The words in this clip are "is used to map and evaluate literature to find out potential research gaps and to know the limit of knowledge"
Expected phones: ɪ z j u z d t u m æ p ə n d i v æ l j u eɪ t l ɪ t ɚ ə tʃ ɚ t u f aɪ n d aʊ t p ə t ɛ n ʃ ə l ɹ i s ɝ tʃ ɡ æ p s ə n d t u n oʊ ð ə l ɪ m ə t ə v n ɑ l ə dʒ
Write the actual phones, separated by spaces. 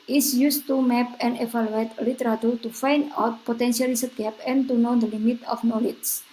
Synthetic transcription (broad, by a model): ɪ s j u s t u m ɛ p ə n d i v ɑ l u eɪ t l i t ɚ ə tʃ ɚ t u f aɪ n d aʊ t p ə t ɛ n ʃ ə l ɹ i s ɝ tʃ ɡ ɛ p ə n t u n oʊ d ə l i m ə t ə f n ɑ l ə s